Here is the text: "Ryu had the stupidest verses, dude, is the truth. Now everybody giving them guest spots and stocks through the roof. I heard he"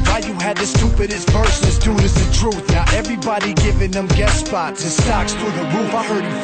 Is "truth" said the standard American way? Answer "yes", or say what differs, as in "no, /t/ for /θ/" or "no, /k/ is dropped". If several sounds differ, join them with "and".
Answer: yes